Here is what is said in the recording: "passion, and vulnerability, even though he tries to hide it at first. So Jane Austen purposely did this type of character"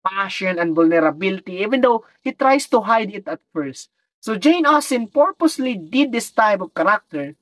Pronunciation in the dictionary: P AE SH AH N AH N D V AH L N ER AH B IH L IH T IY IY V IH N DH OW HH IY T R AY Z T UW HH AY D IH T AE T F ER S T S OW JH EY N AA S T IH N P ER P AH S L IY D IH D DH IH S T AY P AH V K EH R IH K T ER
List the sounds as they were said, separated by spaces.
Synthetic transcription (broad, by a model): P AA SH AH N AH N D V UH L N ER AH B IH L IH T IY IY V IH N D OW HH IY T R AY S T UW HH AY D IH T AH T F ER S T S OW JH EY N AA S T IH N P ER P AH S L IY D IH D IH S T AY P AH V K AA R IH K T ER